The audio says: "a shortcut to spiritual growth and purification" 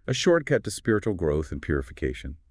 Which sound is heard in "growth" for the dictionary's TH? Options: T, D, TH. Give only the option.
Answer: TH